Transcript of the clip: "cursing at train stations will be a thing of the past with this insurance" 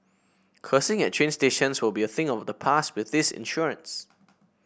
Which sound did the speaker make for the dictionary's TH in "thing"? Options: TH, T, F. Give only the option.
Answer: TH